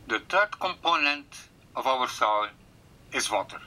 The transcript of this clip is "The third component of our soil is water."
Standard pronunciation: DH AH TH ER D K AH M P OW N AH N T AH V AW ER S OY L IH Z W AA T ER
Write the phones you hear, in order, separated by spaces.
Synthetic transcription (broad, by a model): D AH T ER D K AH M P OW N AH N T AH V AW ER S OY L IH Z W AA T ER